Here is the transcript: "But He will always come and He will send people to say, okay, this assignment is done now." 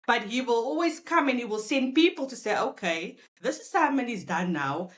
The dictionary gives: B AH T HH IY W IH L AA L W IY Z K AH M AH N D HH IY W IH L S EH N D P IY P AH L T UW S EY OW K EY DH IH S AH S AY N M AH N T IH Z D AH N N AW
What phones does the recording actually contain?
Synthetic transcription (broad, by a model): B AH T HH IY W IH L AA L W IY Z K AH M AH N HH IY W IH L S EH N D P IY P AH L T UW S EY OW K EY DH IH S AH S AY M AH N IH Z D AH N N AW